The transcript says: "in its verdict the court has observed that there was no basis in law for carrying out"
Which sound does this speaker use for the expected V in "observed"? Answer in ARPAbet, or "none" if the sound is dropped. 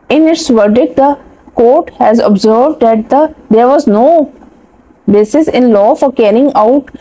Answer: V